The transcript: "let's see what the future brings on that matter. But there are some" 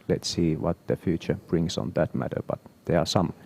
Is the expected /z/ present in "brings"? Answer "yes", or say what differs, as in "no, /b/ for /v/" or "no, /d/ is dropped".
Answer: no, /s/ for /z/